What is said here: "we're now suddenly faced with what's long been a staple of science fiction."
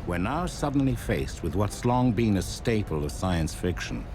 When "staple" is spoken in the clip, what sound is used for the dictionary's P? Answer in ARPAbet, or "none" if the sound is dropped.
P